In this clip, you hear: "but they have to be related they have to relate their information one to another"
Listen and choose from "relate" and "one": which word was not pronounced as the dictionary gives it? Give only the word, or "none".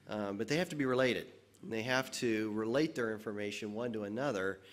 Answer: none